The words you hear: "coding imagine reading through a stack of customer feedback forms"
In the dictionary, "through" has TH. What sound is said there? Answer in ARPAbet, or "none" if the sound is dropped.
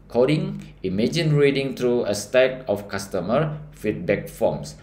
T